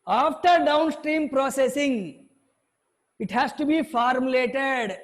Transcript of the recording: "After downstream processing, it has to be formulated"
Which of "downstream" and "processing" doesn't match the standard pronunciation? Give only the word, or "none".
none